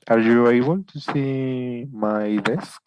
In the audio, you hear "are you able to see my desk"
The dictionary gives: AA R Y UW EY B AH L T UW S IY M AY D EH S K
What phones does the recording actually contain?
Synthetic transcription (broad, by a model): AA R Y UW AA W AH N T UW S IY M AY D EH S K